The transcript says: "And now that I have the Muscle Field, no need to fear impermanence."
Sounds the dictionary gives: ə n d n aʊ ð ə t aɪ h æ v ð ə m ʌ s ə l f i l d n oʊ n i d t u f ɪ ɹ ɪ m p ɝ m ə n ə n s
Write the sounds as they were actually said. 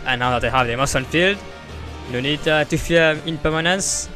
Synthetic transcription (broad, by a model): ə n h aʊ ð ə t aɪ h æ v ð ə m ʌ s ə n f i l d n oʊ n i d t u f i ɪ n p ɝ m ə n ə n s